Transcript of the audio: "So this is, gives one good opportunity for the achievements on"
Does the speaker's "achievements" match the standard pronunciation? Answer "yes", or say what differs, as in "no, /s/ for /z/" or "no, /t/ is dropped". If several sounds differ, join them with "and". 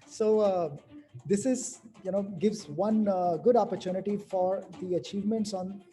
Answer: yes